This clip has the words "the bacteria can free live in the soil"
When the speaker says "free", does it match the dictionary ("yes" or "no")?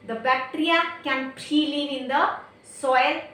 no